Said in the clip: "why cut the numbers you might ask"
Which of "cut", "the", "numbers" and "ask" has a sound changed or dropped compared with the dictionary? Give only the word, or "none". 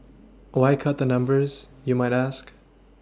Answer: none